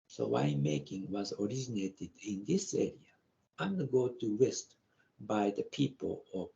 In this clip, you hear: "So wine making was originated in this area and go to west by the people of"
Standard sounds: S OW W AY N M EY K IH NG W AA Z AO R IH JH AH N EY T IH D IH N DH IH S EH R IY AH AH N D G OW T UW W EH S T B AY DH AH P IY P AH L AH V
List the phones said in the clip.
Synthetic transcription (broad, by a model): S OW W AY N M EY K IH NG W AA Z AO R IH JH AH N EY T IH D IH N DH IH S EH R IY AH AH N D G OW T UW W EH S T B AY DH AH P IY P AH L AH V